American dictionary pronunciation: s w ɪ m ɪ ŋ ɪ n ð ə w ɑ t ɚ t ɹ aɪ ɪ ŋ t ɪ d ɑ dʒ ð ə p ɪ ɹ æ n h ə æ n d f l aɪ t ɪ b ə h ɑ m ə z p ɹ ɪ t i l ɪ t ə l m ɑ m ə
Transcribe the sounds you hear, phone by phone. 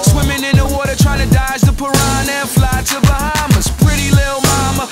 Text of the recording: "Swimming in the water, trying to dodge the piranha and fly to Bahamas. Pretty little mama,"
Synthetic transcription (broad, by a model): s w ɪ m ɪ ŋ ɪ n ð ə w ɑ t ɚ t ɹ aɪ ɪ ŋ t ɪ d ɑ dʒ ð ə p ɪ ɹ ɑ n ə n f l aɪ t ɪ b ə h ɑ m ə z p ɹ ɪ t i l ɪ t l m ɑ m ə